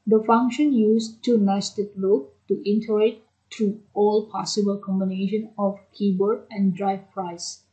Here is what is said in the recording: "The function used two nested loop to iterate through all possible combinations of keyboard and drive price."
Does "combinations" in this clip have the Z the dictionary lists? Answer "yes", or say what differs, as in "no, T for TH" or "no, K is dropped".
no, Z is dropped